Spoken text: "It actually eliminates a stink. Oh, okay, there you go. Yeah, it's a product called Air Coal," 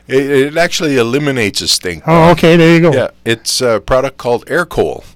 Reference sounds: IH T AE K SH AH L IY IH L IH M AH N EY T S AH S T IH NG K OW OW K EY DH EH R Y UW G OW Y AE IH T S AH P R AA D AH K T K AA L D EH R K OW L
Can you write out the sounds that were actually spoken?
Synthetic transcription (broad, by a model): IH T AE K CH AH L IY IH L IH M AH N EY T S AH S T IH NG OW OW K EY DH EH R Y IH G OW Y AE IH T S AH P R AA D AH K K AA L D EH R K OW L